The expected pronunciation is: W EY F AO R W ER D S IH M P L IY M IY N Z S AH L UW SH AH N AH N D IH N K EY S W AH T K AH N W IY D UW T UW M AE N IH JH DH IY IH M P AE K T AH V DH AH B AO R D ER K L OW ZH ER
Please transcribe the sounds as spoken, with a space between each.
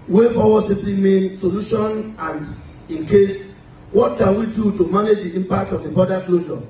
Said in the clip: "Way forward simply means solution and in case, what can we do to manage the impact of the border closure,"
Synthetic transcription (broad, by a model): W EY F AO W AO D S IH P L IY M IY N S AH L UW SH AH N AH N D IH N K EY S W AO T K AH N W IY D UW T UW M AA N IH JH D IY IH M P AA K T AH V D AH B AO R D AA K L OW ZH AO